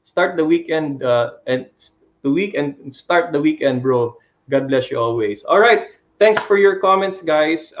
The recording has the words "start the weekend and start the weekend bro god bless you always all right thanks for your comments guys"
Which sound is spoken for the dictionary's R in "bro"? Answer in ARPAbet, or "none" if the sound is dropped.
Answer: R